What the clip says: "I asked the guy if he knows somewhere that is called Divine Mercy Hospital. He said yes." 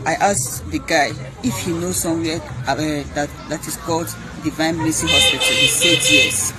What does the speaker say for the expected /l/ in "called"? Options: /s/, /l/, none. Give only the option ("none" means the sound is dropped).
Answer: /l/